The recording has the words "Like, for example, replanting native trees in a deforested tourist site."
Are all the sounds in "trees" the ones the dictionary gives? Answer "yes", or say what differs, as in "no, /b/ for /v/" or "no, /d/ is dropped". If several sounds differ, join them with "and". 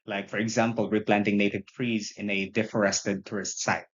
yes